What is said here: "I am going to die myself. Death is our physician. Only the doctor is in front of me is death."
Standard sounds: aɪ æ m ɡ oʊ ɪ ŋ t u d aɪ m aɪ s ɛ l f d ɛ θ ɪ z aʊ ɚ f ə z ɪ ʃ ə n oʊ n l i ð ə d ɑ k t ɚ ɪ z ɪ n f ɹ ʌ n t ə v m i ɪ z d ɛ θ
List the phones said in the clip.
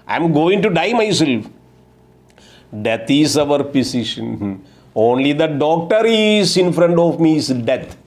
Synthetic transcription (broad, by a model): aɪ m ɡ oʊ ɪ ŋ t u d aɪ m aɪ s ɛ l f d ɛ t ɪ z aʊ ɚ p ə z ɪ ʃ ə n oʊ n l i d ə d ɑ k t ɚ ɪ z ɪ n f ɹ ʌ n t ə v m i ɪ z d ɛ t